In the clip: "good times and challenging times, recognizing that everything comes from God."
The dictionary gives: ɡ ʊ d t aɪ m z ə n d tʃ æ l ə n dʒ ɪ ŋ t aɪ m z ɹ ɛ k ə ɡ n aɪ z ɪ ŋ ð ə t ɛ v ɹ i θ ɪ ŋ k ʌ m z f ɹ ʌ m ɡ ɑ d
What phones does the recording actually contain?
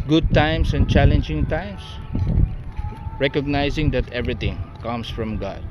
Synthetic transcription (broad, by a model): ɡ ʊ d t aɪ m s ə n tʃ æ l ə n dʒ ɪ ŋ t aɪ m s ɹ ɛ k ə ɡ n aɪ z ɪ ŋ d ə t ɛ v ɹ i t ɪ ŋ k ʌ m s f ɹ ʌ m ɡ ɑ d